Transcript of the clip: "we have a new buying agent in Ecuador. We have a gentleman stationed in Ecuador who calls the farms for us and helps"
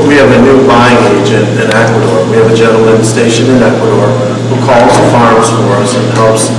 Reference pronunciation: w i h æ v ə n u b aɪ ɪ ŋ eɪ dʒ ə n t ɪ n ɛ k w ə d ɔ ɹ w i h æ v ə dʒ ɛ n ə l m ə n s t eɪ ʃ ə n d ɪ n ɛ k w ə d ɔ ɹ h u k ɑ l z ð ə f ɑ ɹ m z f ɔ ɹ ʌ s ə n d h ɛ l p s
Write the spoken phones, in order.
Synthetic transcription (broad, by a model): w i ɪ v ə n u b aɪ ɪ ŋ eɪ dʒ ə n t ɪ n ɛ k w ə d ɔ ɹ w i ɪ v ə dʒ ɛ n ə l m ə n s t eɪ ʃ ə n ɪ n ɛ k w ə d ɔ ɹ h u k ɑ l z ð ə f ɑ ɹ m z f ɔ ɹ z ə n h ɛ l p s